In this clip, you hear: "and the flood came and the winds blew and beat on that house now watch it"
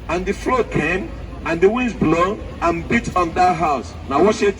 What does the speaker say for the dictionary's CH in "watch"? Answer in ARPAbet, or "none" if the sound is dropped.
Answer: S